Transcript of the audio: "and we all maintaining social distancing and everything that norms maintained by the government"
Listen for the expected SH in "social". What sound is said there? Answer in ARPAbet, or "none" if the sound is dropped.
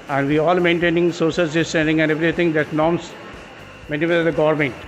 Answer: S